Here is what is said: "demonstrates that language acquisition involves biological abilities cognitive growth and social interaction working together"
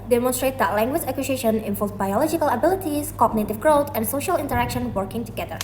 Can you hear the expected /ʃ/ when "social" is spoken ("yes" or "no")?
yes